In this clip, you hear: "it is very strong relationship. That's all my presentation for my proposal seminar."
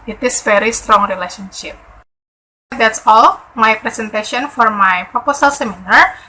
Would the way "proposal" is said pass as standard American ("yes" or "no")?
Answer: no